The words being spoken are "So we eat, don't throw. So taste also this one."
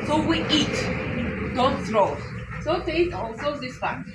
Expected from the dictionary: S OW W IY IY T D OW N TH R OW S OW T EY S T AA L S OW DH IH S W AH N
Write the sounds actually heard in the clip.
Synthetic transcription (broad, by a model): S OW W IY IY T D OW N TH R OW S OW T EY T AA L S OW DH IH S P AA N